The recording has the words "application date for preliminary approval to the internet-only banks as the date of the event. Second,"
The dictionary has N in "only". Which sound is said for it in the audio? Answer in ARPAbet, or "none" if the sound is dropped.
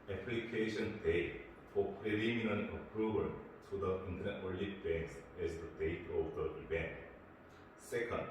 none